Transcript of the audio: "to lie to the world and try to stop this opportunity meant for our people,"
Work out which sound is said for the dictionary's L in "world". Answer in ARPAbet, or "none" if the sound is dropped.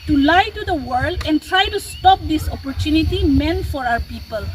L